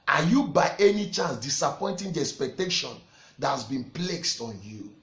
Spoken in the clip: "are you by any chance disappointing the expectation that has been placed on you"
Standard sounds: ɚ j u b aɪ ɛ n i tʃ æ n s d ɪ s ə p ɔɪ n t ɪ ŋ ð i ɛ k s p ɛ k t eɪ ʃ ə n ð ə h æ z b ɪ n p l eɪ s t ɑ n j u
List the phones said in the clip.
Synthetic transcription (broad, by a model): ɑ j u b aɪ ɛ n i tʃ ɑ n s d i s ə p ɔɪ n t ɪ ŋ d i ɛ k s p ɛ k t eɪ ʃ ə n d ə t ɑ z b ɪ n p l eɪ s t ɑ n j u